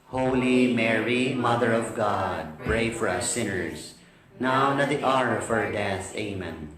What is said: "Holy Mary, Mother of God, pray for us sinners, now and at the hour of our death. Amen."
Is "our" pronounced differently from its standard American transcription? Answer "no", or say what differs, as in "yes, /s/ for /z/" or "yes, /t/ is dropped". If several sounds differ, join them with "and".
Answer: no